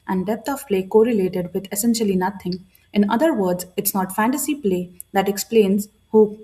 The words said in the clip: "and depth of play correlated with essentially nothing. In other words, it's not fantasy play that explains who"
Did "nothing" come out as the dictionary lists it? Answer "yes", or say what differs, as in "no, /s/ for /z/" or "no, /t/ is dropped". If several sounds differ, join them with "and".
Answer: no, /t/ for /θ/